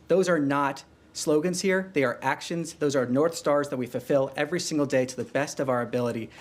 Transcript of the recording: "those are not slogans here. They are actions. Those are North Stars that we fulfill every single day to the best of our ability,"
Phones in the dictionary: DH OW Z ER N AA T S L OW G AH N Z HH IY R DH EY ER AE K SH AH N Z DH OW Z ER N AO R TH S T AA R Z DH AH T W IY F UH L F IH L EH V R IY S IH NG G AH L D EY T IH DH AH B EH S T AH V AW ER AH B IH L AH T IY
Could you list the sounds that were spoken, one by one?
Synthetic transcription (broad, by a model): DH OW Z ER N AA T S L OW G AH N Z HH IY R DH EY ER AE K SH AH N Z DH OW Z ER N AO R TH S T AA R Z DH AH T W IY F UH L F IH L EH V R IY S IH NG G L D EY T IH DH AH B EH S T AH V AW ER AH B IH L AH T IY